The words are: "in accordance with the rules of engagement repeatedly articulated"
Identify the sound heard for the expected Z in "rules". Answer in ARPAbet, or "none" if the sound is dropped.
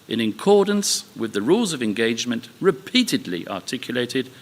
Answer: Z